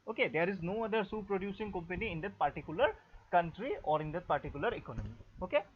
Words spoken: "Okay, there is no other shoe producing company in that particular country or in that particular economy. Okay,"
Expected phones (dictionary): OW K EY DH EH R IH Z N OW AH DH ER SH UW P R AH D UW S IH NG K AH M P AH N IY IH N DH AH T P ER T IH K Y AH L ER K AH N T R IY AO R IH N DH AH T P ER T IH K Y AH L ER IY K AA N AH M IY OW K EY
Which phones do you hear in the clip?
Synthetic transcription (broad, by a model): OW K EY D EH R IH Z N OW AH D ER S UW P R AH D UW S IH NG K AH M P AH N IY IH N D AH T P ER T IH K Y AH L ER K AH N T R IY AO R IH N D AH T P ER T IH K Y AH L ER IY K AA N AH M IY OW K EY